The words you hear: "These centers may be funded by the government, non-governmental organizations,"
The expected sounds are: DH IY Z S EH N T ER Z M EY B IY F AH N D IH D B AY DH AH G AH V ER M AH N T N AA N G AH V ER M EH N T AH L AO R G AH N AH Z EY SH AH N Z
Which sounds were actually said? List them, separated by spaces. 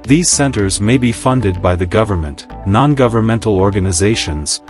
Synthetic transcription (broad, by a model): DH IY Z S EH N T ER Z M EY B IY F AH N D IH D B AY DH AH G AH V ER M AH N T N AA N G AH V ER M EH N T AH L AO R G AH N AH Z EY SH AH N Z